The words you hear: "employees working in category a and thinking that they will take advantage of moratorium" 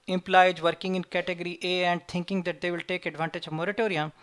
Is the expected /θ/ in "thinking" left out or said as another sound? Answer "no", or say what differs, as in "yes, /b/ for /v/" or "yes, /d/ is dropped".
yes, /t/ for /θ/